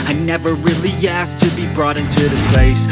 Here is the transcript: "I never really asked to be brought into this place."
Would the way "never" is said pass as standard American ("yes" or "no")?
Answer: yes